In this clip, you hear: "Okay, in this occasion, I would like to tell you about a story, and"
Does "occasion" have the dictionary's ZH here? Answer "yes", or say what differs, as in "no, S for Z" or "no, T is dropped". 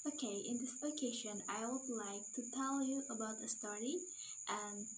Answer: no, SH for ZH